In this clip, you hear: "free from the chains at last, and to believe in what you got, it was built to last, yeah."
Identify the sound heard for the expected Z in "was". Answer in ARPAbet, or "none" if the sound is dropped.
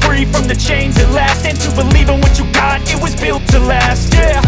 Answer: Z